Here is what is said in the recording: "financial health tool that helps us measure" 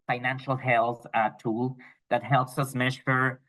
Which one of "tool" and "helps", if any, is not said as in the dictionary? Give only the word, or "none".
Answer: none